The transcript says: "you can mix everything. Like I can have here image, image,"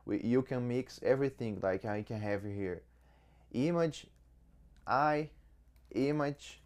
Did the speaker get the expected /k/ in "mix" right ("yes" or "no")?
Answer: yes